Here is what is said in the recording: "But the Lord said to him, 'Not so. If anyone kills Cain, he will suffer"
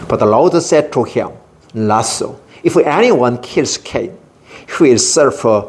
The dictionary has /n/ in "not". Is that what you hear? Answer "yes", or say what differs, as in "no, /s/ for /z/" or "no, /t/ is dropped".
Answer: no, /l/ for /n/